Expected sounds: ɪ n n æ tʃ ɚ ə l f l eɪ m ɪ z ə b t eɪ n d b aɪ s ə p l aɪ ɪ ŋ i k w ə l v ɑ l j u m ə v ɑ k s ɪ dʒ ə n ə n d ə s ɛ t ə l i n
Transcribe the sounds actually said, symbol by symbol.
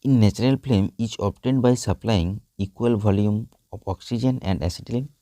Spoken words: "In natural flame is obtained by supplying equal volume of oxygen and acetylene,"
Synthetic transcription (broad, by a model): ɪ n n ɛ tʃ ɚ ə l p l eɪ m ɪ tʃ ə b t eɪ n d b aɪ s ə p l aɪ ɪ ŋ i k w ə l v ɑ l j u m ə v ɑ k s ɪ dʒ ə n ə n d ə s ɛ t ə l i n